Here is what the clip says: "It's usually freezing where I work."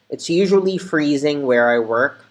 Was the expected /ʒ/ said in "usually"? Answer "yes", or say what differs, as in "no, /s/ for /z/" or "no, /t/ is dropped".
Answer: yes